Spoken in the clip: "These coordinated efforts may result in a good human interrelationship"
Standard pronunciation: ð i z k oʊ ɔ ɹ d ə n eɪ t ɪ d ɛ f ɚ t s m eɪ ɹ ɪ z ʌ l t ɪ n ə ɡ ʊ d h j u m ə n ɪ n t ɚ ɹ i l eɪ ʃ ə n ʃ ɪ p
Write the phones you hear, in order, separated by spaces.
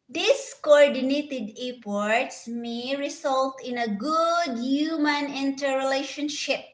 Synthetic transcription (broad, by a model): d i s k oʊ ɔ ɹ d ə n eɪ t ɪ d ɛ p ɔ t s m eɪ ɹ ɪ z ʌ l t ɪ n ə ɡ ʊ d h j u m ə n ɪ n t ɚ ɹ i l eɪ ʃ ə n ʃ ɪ p